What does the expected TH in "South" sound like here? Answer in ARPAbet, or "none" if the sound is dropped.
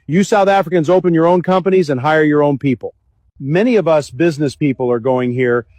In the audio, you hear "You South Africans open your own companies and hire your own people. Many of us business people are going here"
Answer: TH